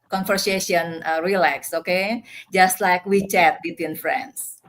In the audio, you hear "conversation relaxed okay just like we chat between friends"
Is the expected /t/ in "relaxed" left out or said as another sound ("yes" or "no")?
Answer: yes